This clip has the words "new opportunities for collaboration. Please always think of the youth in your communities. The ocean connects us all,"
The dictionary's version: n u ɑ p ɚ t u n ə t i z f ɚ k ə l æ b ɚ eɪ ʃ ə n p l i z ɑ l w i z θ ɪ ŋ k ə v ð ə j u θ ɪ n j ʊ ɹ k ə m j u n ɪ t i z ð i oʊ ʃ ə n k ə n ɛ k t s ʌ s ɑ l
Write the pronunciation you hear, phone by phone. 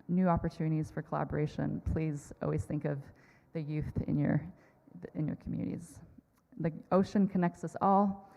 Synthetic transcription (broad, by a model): n u ɑ p ɚ t u n ə t i z f ɚ k ə l æ b ɚ eɪ ʃ ə n p l i z ɑ l w i z θ ɪ ŋ k ə v ð ə j u θ ɪ n j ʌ ɹ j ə m j u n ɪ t i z ð i oʊ ʃ ə n k ə n ɛ k t s ʌ s ɑ l